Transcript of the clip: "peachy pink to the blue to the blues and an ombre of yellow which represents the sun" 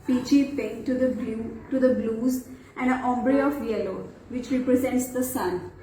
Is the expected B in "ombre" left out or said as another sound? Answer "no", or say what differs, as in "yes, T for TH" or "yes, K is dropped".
no